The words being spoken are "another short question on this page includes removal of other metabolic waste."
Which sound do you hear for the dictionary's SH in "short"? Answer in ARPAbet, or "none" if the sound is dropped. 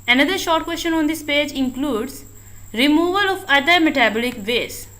SH